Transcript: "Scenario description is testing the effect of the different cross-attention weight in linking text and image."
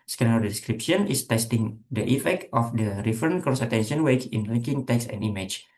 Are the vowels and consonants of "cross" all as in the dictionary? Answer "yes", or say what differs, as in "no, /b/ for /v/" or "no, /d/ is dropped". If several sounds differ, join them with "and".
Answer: no, /ɹ/ is dropped